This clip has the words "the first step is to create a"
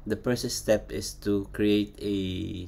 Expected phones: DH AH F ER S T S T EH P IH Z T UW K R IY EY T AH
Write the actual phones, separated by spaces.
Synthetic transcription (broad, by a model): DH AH P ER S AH S T EH P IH S T UW K R IY EY T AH